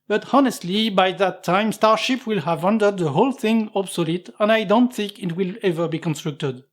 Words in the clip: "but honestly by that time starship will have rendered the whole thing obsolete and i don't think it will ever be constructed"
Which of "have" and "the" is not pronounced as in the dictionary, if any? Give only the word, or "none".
none